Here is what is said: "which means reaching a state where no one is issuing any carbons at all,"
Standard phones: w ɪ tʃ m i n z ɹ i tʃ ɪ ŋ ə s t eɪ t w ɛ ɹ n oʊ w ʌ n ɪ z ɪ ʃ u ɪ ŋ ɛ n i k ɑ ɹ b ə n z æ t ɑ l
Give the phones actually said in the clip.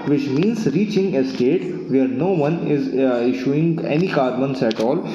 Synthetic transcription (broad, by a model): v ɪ tʃ m i n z ɹ i tʃ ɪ ŋ ə s t eɪ t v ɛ ɹ n oʊ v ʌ n ɪ z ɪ ʃ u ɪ ŋ ɛ n i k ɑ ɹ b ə n s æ t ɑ l